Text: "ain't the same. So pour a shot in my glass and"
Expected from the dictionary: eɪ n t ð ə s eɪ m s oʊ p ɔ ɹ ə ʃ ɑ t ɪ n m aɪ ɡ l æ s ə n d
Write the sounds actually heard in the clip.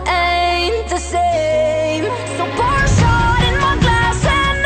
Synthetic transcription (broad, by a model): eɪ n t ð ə s eɪ m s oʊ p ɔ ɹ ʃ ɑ ɪ n m aɪ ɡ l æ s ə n